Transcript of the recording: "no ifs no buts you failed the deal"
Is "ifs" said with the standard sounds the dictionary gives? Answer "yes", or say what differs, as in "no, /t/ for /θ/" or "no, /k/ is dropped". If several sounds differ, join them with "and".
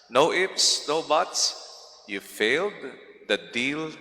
no, /p/ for /f/